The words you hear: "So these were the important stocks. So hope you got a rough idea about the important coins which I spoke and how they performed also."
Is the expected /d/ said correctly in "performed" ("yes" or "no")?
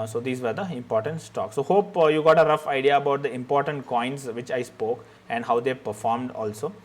yes